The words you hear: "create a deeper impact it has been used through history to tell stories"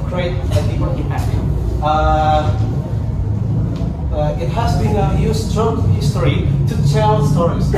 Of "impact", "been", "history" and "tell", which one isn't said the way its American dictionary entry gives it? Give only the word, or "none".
impact